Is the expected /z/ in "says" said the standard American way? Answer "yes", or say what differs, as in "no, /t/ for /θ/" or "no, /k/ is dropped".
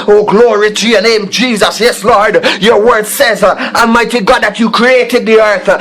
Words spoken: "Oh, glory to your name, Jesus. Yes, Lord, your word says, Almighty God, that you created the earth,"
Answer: yes